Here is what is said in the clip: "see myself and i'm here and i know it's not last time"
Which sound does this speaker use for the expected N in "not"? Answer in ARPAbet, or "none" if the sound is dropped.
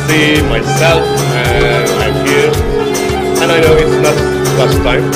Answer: L